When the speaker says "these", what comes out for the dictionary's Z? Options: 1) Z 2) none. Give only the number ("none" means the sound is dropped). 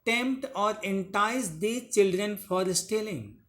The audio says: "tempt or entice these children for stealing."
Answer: 2